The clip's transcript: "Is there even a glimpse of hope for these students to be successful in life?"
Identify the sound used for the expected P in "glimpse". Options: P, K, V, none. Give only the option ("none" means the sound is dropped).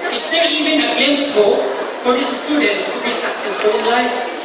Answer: none